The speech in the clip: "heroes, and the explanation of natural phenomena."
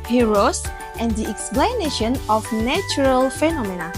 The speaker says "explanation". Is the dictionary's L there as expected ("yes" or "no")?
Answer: yes